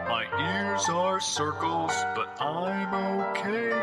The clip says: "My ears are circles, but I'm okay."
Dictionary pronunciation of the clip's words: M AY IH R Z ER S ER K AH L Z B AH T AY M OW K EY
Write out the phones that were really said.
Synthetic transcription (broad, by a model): M AY IH R Z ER S ER K AH L Z B AH T AY M OW K EY